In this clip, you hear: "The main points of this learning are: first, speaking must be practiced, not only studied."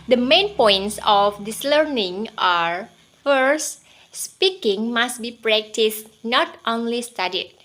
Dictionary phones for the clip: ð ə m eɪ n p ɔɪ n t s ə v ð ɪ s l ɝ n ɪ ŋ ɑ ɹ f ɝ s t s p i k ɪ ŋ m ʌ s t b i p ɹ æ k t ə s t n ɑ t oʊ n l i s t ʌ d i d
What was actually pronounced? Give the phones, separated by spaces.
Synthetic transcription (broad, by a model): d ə m eɪ n p ɔɪ n t s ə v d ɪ s l ɝ n ɪ ŋ ɑ ɹ f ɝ s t s p i k ɪ ŋ m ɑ s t b i p ɹ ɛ k t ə s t n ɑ t oʊ n l i s t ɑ d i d